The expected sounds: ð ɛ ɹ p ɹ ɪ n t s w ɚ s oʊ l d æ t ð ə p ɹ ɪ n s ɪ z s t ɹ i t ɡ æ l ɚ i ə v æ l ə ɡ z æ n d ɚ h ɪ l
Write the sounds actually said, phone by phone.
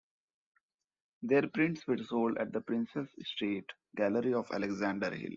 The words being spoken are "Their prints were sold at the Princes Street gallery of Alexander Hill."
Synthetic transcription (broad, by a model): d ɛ ɹ p ɹ ɪ n t s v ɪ s oʊ l d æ t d ə p ɹ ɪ n s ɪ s s t ɛ t ɡ æ l ɚ i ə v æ l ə ɡ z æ n d ɚ h ɪ l